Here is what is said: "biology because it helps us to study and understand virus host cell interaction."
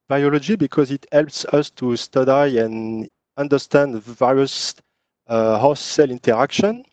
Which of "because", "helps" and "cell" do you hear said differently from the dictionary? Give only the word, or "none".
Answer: none